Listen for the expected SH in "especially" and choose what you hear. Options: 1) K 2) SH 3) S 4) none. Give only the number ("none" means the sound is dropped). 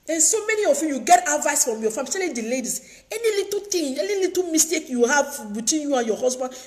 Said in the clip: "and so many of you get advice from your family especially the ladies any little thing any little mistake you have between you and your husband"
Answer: 4